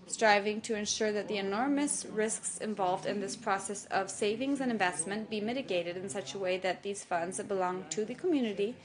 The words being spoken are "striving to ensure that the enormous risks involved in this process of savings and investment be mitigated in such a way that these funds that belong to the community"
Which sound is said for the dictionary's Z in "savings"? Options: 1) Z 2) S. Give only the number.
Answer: 1